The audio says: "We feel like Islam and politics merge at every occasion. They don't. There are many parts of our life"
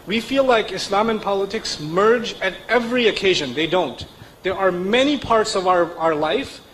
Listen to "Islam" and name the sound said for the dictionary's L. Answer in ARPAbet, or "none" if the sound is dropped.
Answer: L